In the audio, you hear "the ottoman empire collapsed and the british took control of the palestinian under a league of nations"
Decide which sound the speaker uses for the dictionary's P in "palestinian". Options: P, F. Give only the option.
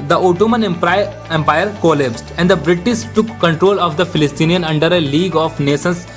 F